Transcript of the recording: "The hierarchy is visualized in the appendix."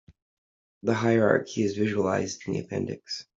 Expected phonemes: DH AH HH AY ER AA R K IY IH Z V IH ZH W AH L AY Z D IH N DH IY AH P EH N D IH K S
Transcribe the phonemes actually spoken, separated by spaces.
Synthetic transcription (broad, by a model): DH AH HH AY ER AA R K IY IH Z V IH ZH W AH L AY Z D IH N DH IY AH P EH N D IH K S